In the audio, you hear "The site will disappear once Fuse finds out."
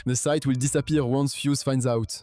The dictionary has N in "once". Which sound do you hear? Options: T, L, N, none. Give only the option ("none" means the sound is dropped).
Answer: N